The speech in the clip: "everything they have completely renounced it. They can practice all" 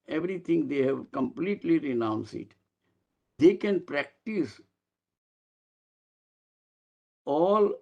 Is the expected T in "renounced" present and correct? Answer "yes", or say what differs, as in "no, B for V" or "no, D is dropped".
no, T is dropped